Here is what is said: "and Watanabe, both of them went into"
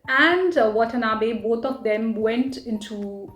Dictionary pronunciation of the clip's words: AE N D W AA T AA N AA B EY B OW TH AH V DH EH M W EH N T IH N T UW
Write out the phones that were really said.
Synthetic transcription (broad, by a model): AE N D W AA T AA N AA B EY B OW T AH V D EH M W EH N T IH N T UW